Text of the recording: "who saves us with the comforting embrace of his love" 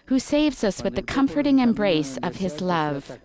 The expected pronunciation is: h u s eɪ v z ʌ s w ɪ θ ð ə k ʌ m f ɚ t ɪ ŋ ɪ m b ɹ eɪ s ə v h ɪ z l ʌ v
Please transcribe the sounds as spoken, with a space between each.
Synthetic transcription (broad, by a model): h u s eɪ v z ʌ s w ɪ ð ə k ʌ m f ɚ t ɪ ŋ ɪ m b ɹ eɪ s ə v ɪ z l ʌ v